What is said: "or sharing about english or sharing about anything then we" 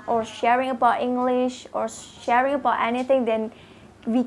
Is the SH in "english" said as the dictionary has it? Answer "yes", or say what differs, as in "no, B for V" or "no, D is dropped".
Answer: yes